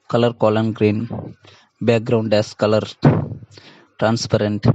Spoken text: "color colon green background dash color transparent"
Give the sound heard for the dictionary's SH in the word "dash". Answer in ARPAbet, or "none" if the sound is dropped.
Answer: S